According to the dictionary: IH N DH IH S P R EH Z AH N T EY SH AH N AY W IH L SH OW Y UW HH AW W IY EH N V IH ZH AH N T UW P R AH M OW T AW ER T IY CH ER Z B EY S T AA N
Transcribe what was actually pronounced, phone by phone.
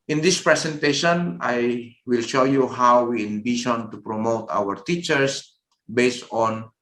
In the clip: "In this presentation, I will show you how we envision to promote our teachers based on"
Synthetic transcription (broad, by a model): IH N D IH S P R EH S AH N T EY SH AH N AY W IH L SH OW Y UW HH AW W IY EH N B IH SH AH N T UW P R AH M OW T AW ER T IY CH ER S B EY S T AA N